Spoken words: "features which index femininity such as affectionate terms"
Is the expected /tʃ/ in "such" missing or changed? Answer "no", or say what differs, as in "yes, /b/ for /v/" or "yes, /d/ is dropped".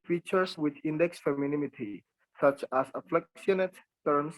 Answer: no